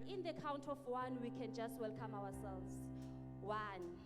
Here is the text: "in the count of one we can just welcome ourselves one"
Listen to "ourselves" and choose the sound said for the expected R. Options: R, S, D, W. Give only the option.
W